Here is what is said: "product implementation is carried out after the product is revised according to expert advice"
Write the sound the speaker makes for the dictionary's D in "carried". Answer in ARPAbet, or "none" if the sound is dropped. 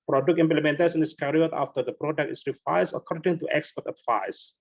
none